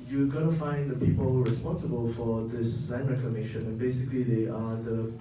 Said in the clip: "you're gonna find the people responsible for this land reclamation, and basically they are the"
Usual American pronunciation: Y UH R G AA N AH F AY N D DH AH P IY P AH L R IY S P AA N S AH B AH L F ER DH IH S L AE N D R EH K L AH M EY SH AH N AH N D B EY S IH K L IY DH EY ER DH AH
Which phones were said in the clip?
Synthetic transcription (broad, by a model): Y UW G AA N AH F AY N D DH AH P IY P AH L R IY S P AA N S AH B AH L F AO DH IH S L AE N R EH K AH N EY SH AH N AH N B EY S IH K L IY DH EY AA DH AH